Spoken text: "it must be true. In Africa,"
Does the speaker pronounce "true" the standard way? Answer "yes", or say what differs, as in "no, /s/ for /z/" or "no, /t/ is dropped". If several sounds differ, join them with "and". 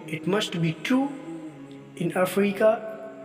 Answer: no, /ɹ/ is dropped